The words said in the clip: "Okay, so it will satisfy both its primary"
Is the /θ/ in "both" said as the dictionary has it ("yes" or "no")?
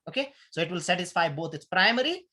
no